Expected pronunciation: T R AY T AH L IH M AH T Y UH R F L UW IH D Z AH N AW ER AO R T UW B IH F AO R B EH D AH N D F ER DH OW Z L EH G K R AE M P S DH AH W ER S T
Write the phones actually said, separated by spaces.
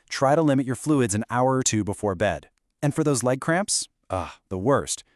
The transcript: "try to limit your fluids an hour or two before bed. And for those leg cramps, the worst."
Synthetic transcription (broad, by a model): T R AY T AH L IH M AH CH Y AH R F L UW IH D Z AH N AW ER R T UW B IH F AO R B EH D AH N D F ER DH OW Z L EH G K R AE M P S DH AH W ER S T